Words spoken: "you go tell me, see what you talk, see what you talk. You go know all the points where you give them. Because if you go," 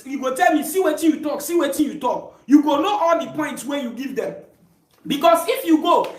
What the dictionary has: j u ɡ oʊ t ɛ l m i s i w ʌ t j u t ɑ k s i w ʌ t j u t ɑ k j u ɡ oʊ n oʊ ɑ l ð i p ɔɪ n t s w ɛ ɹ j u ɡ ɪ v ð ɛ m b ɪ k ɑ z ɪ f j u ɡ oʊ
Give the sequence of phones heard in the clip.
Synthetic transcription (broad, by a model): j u ɡ oʊ t ɛ l m i s i w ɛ t j u t ɑ k s i w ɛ t j u t ɑ k j u ɡ oʊ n oʊ ɑ l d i p ɔɪ n t s w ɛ j u ɡ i v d ɛ m b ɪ k ɑ s ɪ f j u ɡ oʊ